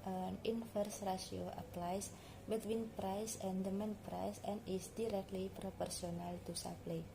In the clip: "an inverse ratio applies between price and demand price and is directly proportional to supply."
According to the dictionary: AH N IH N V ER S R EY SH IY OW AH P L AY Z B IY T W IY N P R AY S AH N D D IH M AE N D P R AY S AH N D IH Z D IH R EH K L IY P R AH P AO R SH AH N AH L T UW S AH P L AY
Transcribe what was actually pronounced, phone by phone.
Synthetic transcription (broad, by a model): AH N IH N F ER S R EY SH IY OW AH P L AY S B IY T W IY N P R AY S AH N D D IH M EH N P R AY S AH N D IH S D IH R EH K L IY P R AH P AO R S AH N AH L T UW S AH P L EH